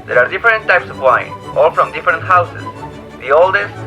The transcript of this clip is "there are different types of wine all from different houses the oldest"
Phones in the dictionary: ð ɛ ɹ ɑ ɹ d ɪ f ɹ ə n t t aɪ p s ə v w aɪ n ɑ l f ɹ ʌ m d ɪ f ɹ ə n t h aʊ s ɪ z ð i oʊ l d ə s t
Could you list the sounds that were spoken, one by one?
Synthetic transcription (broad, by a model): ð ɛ ɹ ɑ ɹ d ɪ f ɹ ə n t t aɪ p s ə v w aɪ n ɑ l f ɹ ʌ m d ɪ f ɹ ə n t h aʊ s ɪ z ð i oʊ l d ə s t